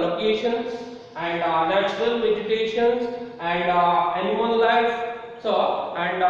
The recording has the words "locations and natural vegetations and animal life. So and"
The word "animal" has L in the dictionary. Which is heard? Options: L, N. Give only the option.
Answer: N